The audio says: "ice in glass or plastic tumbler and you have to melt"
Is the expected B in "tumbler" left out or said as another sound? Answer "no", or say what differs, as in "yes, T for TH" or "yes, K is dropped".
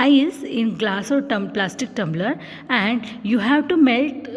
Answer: no